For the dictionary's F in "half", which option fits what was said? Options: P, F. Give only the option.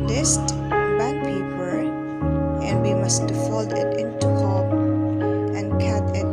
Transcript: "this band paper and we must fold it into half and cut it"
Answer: P